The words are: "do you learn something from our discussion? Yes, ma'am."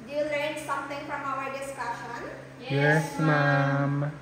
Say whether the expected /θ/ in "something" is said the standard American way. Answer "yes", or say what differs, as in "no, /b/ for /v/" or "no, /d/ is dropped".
no, /t/ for /θ/